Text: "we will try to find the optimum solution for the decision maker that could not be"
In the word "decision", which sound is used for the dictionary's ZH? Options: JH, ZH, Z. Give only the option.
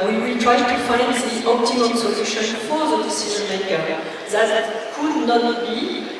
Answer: Z